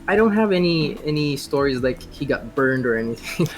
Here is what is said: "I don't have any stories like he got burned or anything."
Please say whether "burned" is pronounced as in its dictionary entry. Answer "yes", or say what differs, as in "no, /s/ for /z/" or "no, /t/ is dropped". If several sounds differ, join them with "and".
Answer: yes